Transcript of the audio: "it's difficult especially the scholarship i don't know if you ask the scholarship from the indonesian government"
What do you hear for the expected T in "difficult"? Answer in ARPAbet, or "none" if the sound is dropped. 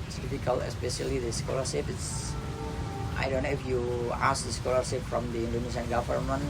none